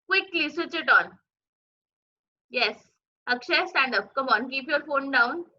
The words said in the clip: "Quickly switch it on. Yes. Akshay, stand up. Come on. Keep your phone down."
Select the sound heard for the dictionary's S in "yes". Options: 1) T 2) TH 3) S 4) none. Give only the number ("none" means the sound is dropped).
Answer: 3